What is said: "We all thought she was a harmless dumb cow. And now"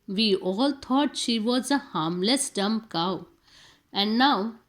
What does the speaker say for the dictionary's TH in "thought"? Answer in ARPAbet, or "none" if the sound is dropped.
T